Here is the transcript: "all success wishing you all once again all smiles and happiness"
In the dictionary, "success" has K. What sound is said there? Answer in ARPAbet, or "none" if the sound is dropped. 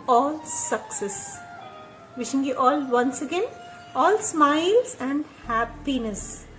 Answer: K